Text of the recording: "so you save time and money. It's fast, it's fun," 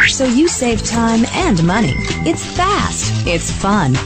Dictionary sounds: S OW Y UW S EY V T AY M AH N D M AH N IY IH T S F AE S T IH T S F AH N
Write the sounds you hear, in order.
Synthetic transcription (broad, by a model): S OW Y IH S EY V T AY M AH N M AH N IY IH T S F AE S T IH T S F AH N